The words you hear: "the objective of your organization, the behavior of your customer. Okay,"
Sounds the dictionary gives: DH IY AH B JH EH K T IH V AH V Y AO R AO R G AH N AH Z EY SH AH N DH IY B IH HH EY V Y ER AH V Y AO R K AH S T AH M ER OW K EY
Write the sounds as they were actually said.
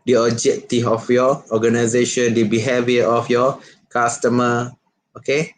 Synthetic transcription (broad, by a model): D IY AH JH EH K T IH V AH F Y AO AO G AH N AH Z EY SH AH N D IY B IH HH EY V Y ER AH F Y AO K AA S T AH M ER OW K EY